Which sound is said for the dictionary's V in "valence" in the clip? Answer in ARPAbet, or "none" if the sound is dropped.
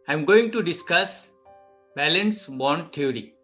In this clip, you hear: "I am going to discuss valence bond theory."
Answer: B